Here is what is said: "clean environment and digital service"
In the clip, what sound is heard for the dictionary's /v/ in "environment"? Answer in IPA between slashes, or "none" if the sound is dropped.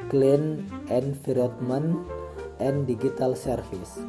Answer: /f/